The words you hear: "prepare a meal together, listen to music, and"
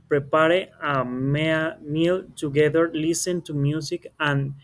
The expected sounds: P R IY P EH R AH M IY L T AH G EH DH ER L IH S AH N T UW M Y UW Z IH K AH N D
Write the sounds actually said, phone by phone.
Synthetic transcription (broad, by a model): P R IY P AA R AH M IY L T AH G EH DH ER L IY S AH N T UW M Y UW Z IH K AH N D